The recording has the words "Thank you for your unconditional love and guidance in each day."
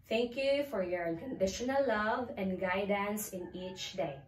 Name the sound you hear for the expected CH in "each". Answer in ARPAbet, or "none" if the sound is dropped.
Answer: CH